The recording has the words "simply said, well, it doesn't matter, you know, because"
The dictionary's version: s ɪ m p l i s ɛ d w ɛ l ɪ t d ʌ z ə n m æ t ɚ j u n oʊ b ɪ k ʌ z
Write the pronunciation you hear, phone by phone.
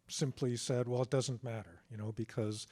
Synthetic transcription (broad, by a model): s ɪ m p l i s ɛ d w ɛ l ɪ t d ʌ z ə n m æ t ɚ j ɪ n oʊ b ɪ k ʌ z